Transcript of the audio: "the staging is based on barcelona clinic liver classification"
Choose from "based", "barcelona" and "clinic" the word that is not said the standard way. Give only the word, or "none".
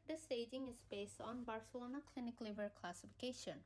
none